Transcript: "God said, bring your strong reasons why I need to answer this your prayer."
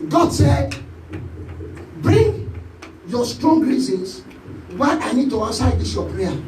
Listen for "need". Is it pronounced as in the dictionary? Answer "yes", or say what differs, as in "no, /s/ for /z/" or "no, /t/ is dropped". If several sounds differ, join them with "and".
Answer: yes